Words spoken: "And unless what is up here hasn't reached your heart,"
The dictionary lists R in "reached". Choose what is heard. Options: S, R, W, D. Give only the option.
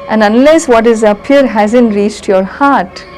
R